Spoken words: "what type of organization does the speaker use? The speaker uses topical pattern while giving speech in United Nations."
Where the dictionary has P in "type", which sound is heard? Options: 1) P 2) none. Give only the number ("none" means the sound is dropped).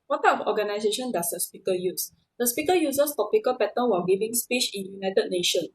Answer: 2